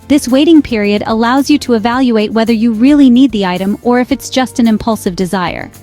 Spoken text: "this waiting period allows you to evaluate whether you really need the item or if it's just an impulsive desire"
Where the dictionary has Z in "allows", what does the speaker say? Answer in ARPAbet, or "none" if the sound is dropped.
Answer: Z